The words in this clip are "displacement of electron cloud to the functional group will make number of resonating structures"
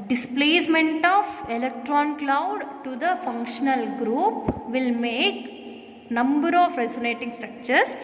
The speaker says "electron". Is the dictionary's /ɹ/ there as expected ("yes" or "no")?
yes